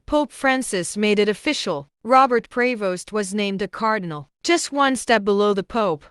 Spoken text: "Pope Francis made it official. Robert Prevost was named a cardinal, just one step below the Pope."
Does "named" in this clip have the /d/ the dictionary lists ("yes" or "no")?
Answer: yes